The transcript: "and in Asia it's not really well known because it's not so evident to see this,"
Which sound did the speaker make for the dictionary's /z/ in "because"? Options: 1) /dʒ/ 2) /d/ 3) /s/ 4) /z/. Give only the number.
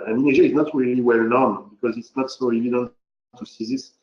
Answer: 4